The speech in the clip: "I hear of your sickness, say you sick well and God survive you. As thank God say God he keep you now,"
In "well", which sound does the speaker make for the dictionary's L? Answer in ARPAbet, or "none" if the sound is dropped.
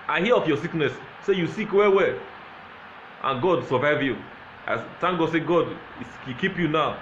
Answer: W